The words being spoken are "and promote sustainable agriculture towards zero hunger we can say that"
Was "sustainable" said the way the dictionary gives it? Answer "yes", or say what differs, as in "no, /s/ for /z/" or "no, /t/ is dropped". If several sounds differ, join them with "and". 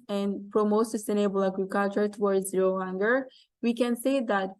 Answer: no, /n/ is dropped